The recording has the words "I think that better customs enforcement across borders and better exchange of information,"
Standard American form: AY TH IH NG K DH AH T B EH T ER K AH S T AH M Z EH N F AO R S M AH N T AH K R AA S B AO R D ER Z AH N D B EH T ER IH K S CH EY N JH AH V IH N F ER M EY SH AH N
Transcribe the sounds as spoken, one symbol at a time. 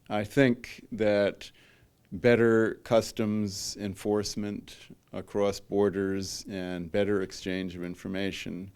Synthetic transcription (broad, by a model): AY TH IH NG K DH AH T B EH T ER K AH S T AH M Z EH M F AO R S M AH N T AH K R AA S B AO R D ER Z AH N B EH T ER IH K S CH EY N JH AH V IH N F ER M EY SH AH N